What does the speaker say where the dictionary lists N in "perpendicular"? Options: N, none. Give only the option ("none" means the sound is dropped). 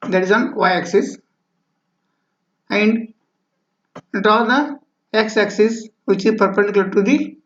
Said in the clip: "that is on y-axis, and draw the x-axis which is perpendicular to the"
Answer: none